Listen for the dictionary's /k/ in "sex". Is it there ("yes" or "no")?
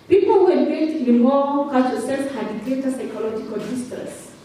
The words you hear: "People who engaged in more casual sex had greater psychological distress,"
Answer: no